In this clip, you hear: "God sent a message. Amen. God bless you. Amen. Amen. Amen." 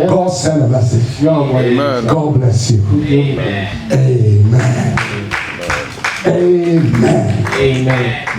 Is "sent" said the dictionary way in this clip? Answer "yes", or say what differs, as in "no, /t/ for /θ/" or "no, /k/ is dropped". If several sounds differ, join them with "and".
no, /t/ is dropped